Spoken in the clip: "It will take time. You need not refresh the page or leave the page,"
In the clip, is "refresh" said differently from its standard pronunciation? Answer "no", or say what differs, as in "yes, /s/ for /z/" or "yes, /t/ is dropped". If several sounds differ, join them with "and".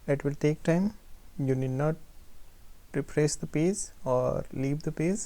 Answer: yes, /p/ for /f/